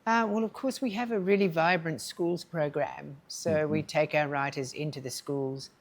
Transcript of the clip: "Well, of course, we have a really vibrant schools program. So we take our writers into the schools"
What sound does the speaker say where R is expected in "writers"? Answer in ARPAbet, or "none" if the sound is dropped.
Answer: R